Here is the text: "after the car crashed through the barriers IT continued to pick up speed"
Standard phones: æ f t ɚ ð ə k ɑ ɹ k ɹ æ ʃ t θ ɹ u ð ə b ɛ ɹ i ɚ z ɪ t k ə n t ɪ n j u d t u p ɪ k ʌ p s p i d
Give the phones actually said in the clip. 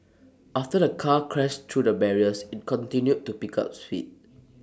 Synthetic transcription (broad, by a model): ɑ f t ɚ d ə k ɑ k ɹ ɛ s t ɹ u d ə b ɛ ɹ i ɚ s ɪ t k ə n t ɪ n j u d t u p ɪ k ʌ p s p i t